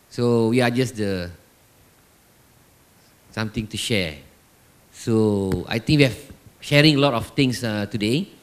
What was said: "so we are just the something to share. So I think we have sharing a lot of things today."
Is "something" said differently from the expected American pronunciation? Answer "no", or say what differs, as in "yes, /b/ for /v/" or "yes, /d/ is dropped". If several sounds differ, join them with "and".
yes, /t/ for /θ/